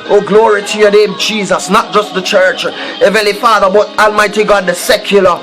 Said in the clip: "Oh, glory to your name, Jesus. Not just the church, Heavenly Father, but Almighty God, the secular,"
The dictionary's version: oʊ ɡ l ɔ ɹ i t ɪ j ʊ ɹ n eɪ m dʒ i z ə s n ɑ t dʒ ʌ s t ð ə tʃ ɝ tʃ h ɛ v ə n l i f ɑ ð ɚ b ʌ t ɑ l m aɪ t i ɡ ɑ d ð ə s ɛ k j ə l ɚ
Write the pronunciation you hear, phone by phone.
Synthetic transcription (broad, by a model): oʊ ɡ l ɔ ɹ i t ɪ j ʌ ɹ n eɪ m dʒ i z ə s n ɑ t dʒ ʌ s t ð ə tʃ ɝ tʃ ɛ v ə l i f ɑ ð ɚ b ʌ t ɑ l m aɪ t i ɡ ɑ d ð ə s ɛ k j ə l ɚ